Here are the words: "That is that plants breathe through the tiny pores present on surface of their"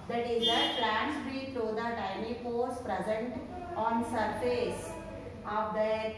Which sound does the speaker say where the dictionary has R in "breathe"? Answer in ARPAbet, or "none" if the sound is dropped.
none